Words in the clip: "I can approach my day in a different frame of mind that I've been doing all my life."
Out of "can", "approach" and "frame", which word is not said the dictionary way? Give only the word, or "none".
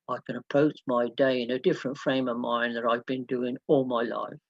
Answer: approach